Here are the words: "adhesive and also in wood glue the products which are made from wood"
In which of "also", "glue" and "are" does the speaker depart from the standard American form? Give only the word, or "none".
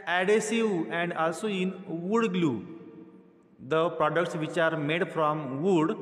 none